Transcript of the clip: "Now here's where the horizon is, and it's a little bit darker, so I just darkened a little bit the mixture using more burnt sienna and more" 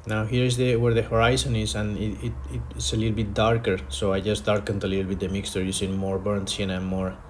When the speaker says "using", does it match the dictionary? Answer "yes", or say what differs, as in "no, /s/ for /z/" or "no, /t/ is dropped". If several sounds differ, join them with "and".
no, /s/ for /z/